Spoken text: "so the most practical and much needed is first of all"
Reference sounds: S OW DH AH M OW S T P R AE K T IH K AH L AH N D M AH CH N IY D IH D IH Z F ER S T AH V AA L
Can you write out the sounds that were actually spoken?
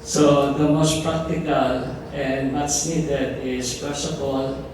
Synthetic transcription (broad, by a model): S OW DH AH M OW S T P R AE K T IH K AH L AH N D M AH S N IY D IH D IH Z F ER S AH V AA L